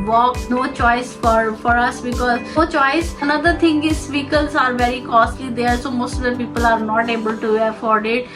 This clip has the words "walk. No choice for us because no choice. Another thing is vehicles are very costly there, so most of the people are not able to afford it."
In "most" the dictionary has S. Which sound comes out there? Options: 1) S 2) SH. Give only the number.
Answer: 1